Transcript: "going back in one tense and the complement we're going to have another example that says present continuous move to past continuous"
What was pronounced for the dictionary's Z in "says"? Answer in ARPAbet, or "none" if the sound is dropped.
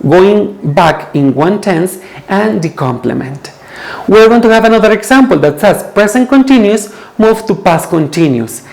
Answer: S